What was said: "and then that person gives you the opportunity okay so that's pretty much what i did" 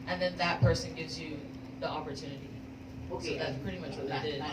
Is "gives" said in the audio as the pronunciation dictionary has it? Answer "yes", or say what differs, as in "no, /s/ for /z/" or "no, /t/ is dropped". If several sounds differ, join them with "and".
yes